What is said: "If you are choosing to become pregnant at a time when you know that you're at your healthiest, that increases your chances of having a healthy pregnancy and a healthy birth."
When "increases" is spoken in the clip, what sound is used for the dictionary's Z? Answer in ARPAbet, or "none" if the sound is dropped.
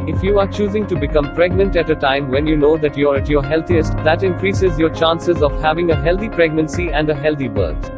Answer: Z